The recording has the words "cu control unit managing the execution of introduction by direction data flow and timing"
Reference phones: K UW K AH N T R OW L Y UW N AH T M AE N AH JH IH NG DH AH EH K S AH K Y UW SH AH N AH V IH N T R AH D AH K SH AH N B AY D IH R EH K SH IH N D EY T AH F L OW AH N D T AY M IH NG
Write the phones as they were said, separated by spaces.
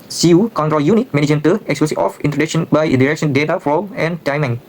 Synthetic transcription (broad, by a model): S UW K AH N T R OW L Y UW N AH T M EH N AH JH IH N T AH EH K S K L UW S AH AH F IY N T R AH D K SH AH N B AY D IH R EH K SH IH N D EY T AH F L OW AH N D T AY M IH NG